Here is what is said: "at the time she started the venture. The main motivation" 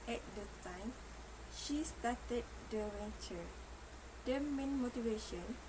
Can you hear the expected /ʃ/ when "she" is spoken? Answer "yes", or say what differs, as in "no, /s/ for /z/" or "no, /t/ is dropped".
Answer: yes